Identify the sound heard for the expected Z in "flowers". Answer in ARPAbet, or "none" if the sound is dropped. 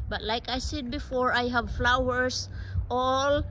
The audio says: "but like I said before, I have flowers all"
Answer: S